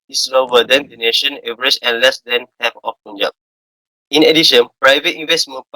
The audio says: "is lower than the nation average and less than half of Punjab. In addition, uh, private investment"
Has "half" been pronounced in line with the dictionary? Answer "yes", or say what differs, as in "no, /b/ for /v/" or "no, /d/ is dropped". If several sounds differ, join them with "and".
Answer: no, /p/ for /f/